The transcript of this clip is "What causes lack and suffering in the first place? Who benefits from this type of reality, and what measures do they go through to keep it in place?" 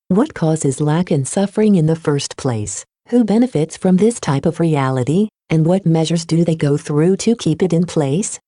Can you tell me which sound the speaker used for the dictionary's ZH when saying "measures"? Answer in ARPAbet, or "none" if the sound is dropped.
ZH